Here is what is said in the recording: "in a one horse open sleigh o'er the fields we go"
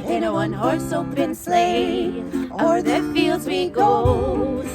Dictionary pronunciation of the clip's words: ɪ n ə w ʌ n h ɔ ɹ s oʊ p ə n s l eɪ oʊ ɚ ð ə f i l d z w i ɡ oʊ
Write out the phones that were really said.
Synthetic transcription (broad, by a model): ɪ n ə w ʌ n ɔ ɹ s oʊ b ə n s l eɪ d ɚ ð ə f i l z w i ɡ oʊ